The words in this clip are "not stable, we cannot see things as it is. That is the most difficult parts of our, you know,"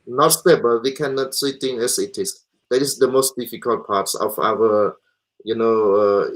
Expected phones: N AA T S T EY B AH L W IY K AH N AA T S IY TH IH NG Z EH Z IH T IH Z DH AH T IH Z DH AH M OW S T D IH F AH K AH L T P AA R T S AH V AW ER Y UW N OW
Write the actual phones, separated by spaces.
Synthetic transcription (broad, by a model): N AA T S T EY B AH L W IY K AH N AA T S IY T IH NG EH S IH T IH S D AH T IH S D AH M OW S T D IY F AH K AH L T P AA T S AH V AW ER Y UW N OW